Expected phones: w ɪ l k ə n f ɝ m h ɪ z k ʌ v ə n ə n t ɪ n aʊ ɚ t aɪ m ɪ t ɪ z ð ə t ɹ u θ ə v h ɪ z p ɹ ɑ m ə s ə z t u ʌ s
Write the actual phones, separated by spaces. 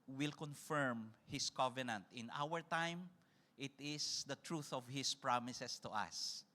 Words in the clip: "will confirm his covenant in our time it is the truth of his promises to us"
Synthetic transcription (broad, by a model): w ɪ l k ə n f ɝ m h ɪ s k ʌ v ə n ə n t ɪ n aʊ ɚ t aɪ m ɪ t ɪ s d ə t ɹ u θ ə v h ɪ s p ɹ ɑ m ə s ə s t u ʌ s